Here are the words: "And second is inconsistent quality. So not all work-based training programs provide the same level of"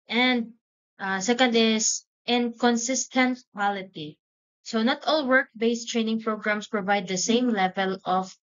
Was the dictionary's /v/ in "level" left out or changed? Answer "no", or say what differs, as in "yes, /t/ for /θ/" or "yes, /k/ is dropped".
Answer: no